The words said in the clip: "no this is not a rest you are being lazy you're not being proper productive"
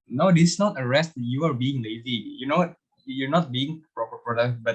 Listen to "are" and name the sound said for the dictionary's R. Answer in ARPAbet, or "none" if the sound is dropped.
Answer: R